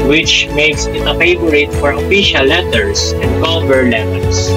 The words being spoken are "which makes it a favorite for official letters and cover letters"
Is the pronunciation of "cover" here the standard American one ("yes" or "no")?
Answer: no